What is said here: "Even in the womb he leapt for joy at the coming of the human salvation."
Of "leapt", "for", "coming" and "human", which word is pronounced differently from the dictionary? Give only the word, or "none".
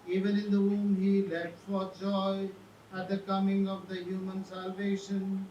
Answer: leapt